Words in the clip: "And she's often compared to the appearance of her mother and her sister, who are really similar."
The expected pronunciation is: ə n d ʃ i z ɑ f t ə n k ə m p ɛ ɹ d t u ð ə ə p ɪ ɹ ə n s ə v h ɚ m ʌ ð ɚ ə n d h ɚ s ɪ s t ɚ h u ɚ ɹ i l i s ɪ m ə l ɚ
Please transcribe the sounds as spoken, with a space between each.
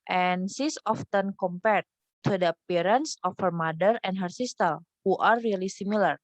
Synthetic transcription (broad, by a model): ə n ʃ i s ɑ f t ə n k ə m p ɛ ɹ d t u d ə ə p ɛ ɹ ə n s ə f h ɚ m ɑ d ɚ ə n d h ɚ s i s t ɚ h u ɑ ɹ i l i s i m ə l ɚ